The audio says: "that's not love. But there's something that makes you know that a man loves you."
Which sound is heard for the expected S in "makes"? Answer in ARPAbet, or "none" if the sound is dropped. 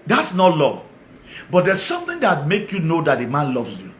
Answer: none